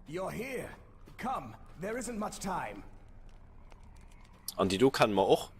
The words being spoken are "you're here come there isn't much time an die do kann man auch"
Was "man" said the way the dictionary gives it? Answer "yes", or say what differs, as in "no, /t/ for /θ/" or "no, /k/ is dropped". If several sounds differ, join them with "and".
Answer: no, /n/ is dropped